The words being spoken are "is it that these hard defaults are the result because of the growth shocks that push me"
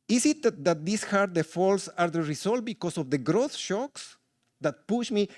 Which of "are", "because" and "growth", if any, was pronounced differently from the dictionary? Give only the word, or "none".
because